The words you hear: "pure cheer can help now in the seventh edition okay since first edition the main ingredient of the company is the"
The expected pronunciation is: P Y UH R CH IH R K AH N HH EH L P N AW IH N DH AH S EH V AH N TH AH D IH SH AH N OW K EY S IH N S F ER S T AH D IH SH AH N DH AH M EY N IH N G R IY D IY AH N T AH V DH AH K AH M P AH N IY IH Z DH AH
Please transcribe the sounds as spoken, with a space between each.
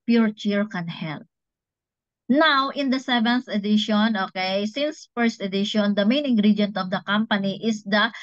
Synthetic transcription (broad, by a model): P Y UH R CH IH R K AH N HH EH L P N AW IH N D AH S EH V AH N TH AH D IH SH AH N OW K EY S IH N S F ER S T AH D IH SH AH N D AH M EY N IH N G R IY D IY N T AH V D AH K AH M P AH N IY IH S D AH